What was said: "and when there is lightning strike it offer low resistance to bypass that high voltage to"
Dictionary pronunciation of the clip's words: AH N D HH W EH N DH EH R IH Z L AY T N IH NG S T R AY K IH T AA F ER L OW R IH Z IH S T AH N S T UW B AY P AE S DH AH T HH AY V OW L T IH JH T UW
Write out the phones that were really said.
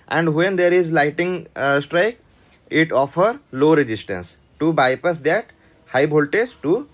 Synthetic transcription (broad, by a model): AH N D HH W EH N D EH R IH Z L AY T IH NG S T R AY K IH T AA F ER L OW R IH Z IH S T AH N S T UW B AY P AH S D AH T HH AY B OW L T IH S T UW